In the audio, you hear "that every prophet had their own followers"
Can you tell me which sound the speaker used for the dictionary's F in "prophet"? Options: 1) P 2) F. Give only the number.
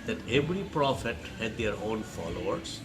2